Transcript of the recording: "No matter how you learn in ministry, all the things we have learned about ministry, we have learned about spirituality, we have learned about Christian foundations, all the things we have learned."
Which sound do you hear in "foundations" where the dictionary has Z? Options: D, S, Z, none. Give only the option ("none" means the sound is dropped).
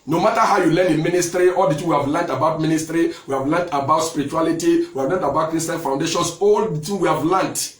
S